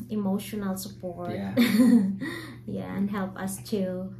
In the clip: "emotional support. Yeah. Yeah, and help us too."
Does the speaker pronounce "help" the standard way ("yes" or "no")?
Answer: yes